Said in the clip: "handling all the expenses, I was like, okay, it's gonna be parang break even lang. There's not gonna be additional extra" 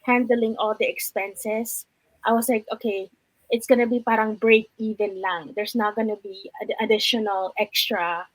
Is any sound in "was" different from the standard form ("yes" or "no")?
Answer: yes